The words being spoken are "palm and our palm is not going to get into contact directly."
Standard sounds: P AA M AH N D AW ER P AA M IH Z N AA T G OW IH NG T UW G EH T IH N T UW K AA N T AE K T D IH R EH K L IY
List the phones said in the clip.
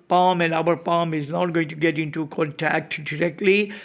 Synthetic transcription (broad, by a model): P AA M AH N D AW ER P AA M IH Z N AA T G OW IH NG T UW G EH T IH N T UW K AA N T AE K T D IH R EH K L IY